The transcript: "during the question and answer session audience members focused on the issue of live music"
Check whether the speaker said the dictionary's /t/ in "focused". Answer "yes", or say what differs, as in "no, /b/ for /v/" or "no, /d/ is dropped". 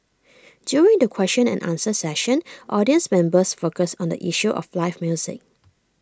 no, /t/ is dropped